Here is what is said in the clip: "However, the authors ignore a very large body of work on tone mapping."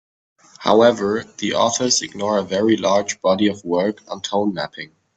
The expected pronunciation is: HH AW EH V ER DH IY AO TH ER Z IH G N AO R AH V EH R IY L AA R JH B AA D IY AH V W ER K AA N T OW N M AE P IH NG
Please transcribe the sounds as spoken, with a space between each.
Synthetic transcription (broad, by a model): HH AW EH V ER DH IY AO F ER S IH G N AO R AH V EH R IY L AA R JH B AA D IY AH V W ER K N T OW N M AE P IH NG